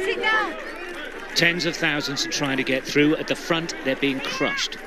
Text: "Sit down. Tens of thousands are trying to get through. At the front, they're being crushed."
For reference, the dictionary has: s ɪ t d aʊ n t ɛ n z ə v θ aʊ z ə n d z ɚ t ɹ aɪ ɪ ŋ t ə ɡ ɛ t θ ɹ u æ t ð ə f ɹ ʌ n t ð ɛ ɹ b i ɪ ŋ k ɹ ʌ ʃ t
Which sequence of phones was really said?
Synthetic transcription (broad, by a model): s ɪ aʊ t ɛ n z ə v θ aʊ z ə n d z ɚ t ɹ aɪ ɪ ŋ t ə ɡ ɛ t θ ɹ u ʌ t ð ə f ɹ ʌ n t ð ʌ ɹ b i ɪ ŋ k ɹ ʌ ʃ t